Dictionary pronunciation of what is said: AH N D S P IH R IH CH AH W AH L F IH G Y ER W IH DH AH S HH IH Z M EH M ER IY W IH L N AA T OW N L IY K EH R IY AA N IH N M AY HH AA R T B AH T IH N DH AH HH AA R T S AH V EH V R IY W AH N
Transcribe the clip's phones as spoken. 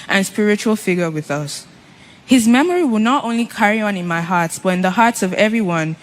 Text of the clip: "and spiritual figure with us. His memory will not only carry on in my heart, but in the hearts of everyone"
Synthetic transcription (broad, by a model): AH N S P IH R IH CH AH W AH L F IH G Y ER W IH DH AH S HH IH Z M EH M ER IY W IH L N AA T OW N L IY K EH R IY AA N IH N M AY HH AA R T B AH T IH N DH AH HH AA R T S AH V EH V R IY W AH N